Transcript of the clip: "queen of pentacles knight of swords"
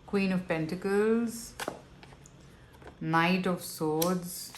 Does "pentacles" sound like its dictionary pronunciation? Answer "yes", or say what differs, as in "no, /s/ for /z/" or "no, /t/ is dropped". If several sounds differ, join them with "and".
yes